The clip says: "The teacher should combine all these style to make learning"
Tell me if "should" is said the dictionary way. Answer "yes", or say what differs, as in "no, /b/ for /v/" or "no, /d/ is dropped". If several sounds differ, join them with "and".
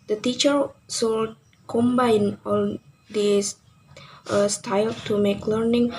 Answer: no, /s/ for /ʃ/